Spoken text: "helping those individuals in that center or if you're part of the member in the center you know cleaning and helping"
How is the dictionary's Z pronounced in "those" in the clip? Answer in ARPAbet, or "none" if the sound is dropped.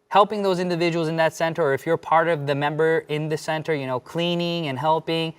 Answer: Z